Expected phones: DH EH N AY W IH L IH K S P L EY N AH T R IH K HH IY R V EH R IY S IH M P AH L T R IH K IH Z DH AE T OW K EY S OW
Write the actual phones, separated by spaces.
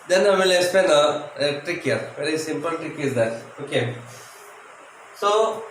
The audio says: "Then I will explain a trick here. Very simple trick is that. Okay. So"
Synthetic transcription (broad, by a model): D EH N AY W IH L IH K S P EY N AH T R IH K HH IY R V EH R IY S IH M P AH L T R IH K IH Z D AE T OW K EY S OW